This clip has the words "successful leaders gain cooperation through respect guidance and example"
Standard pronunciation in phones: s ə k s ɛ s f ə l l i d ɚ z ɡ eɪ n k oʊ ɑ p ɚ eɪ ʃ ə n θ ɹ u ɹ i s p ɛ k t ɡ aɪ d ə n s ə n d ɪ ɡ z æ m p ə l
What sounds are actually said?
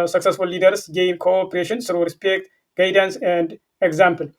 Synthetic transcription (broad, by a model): s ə k s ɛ s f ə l l i d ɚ s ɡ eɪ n k oʊ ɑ p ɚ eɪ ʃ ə n s ɹ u ɹ i s p ɛ k t ɡ aɪ d ə n s ə n d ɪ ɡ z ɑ m p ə l